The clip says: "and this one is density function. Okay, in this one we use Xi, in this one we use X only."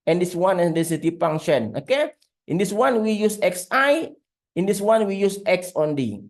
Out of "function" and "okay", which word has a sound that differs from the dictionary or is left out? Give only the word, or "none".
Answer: function